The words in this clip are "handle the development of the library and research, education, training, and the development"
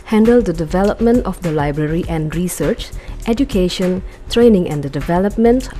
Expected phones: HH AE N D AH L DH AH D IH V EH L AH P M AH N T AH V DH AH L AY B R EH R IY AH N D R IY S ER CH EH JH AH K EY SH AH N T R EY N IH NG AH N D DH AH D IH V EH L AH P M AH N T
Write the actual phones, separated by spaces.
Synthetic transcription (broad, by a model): HH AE N D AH L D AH D IH V EH L AH P M AH N T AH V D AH L AY B R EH R IY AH N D R IY S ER CH EH JH AH K EY SH AH N T R EY N IH NG AH N D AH D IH V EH L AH P M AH N T